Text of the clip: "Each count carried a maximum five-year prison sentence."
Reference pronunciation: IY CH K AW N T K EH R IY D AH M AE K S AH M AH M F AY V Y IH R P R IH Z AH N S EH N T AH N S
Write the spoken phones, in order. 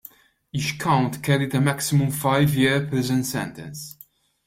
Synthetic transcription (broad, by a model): IY CH K AW N T K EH R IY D AH M AE K S AH M AH M F AY V Y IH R P IH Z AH N S EH N T AH N S